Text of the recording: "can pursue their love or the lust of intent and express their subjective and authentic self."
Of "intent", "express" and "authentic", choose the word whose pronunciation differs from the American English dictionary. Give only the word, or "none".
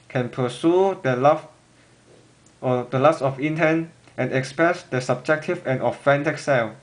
authentic